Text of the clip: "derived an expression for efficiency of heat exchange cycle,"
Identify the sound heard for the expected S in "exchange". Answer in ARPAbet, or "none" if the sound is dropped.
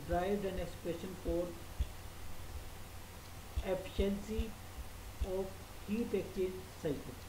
none